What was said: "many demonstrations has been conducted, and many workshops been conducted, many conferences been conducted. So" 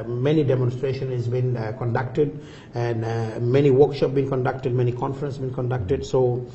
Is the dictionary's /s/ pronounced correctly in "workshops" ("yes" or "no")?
no